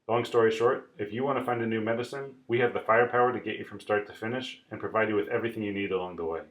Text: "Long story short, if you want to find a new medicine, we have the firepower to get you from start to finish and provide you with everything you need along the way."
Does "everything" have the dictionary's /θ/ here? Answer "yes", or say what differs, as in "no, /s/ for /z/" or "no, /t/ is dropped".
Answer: yes